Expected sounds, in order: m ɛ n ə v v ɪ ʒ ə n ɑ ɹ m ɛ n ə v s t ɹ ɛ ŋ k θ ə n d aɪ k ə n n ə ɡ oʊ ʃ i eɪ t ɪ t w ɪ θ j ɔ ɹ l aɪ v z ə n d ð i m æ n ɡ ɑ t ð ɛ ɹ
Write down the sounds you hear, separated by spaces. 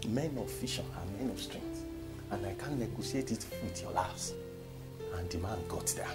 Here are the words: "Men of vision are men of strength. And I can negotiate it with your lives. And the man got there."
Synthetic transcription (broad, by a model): m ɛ n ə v f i ʃ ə n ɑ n m ɛ n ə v s t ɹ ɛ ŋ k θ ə n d aɪ k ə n n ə ɡ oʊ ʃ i eɪ t ɪ t w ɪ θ j ɔ l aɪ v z ə n d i m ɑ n ɡ ɑ t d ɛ